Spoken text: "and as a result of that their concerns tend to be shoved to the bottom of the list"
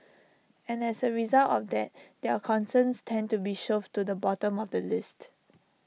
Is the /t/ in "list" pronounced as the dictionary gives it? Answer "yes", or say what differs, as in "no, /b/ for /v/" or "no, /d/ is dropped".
yes